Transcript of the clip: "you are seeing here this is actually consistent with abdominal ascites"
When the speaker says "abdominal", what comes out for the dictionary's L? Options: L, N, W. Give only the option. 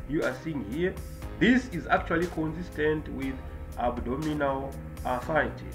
L